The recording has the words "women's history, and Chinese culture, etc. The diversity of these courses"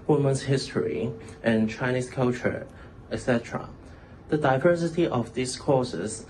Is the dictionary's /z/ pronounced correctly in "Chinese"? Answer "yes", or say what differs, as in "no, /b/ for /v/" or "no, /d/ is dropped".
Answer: no, /s/ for /z/